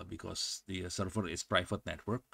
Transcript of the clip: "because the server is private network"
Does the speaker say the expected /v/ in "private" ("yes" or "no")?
no